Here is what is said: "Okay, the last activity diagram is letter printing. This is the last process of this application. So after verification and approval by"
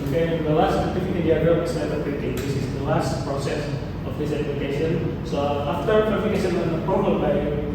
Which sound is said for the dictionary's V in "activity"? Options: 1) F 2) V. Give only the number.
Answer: 1